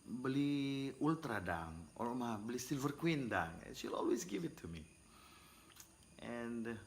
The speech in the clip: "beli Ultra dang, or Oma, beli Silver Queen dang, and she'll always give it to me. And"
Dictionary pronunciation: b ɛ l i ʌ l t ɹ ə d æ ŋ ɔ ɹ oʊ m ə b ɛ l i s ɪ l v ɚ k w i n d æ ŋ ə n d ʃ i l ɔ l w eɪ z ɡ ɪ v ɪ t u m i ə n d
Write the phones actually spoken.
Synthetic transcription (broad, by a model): b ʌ l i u l t ɹ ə d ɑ ŋ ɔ l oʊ m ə b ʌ l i s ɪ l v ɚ k w i n d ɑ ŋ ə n ʃ i l ɔ l w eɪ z ɡ ɪ v ɪ t u m i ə n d